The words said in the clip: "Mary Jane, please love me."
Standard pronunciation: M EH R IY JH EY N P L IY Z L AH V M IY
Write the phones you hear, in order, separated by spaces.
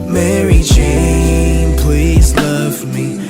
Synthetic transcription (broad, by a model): M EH R IY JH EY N P L IY Z L AH V M IY